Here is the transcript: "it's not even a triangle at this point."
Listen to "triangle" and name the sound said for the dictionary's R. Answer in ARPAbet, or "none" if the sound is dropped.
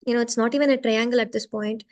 R